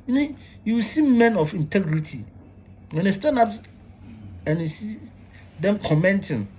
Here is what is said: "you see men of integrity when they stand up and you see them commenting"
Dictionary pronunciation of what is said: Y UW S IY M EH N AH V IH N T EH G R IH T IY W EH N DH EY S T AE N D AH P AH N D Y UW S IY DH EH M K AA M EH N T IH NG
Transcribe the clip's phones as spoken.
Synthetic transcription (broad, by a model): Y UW S IY M EH N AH F IH N T EH G R IH T IY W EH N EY S T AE N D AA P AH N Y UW S IY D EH M K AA M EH N T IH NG